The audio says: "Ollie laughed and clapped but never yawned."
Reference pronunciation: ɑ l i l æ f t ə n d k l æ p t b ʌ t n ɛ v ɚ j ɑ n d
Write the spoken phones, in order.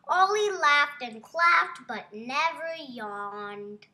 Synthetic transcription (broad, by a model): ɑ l i l æ f t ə n k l æ f t b ʌ t n ɛ v ɚ j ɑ n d